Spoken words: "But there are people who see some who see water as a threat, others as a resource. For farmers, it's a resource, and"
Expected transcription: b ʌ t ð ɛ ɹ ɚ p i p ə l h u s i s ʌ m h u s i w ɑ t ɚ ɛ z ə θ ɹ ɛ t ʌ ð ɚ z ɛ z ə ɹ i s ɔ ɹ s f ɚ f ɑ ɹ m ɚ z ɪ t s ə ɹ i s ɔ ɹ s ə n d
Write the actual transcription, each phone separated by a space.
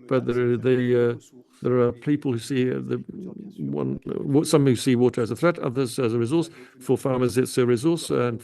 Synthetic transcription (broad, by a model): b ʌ t ð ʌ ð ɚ p i p ə l h u s i s ʌ m h u s i w ɑ t ɚ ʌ z ə θ ɹ ɛ t ʌ ð ɚ z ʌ z ə ɹ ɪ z ɔ ɹ s f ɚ f ɑ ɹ m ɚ z ɪ t s ə ɹ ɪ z ɔ ɹ s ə n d